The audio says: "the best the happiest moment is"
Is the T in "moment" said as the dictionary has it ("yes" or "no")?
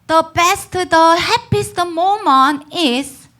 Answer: no